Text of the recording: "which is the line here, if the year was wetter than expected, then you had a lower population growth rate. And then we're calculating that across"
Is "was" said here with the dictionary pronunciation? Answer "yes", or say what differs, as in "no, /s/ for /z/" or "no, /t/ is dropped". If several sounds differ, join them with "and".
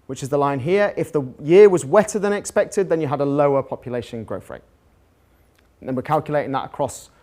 yes